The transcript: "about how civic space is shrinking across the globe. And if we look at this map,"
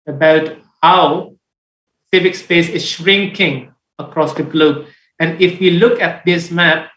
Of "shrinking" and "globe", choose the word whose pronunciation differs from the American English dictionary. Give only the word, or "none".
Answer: none